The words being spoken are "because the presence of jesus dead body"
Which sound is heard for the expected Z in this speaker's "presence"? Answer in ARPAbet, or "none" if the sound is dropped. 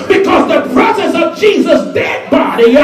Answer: S